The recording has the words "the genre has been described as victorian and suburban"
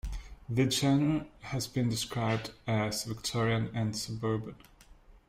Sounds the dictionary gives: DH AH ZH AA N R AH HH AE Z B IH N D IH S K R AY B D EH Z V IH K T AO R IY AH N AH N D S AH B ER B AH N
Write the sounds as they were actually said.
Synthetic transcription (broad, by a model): DH AH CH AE N AH HH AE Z B IH N D IH S K R AY B D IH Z V IH K T AO R IY AH N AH N S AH B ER B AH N